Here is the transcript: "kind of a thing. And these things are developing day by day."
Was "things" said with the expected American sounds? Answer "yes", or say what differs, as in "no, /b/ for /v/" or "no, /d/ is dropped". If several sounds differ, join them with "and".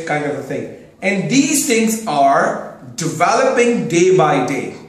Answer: no, /t/ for /θ/